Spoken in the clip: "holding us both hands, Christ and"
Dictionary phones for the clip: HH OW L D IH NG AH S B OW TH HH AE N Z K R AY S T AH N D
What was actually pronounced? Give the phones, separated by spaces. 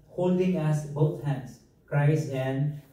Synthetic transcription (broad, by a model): HH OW L D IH NG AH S B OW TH HH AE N S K R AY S AH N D